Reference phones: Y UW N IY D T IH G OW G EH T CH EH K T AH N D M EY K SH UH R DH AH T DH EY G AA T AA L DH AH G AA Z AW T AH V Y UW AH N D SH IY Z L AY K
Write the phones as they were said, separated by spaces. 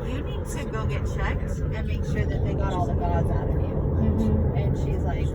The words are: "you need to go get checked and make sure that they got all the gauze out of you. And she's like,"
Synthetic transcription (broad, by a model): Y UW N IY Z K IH G OW G EH T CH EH K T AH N M EY K SH UH R DH AH T DH EY G AA T AA L DH AH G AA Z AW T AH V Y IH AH N SH IY Z L AY K